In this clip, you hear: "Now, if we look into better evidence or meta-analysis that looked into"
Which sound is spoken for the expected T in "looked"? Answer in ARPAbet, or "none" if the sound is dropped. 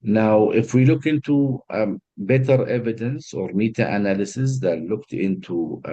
T